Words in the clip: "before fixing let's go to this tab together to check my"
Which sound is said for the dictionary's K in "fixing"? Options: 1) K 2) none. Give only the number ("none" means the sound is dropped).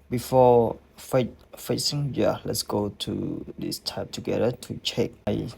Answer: 2